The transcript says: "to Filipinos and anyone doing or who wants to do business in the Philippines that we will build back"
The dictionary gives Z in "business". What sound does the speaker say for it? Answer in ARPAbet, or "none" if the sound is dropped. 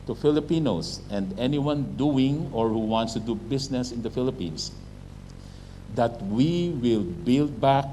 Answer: S